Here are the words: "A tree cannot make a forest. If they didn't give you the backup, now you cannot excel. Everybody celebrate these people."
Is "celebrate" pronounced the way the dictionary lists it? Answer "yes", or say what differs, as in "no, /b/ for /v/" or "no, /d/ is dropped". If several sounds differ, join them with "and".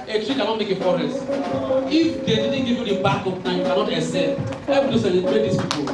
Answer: no, /ɹ/ is dropped